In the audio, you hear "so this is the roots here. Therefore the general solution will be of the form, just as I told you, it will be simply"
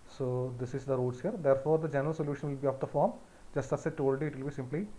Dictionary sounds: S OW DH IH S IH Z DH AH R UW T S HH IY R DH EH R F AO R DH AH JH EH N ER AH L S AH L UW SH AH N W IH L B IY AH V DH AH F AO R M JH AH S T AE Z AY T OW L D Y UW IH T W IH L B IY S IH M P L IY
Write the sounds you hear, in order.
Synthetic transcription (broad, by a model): S OW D IH S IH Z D AH R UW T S HH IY R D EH R F AO R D AH JH EH N ER AH L S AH L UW SH AH N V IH L B IY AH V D AH F AO R M JH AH S T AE S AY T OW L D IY IH T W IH L B IY S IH M P L IY